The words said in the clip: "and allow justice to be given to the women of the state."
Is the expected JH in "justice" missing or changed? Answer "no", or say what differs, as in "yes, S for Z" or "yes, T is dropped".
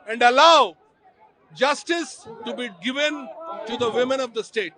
no